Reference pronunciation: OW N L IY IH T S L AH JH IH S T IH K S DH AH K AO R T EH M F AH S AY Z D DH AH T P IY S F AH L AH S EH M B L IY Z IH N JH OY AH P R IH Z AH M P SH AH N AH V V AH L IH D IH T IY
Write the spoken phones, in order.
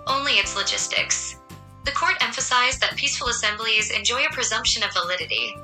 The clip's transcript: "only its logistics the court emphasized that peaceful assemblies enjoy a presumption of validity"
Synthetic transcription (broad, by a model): OW N L IY IH T S L AH JH IH S T IH K S DH AH K AO R T EH M F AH S AY Z DH AH T P IY S F L AH S EH M B L IY Z IH N JH OY AH P R IH Z AH M P SH AH N AH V V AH L IH D IH T IY